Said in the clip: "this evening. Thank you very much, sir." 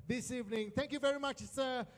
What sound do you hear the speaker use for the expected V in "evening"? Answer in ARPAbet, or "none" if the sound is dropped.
V